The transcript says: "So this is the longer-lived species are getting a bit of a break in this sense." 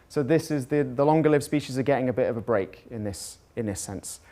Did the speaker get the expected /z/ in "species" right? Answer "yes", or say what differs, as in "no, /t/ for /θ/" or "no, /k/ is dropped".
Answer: yes